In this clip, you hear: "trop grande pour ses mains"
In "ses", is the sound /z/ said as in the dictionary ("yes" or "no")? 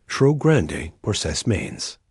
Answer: no